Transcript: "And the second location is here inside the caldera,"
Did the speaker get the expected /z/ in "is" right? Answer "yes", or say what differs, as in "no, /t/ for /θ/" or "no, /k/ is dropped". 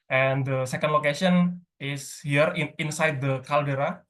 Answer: no, /s/ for /z/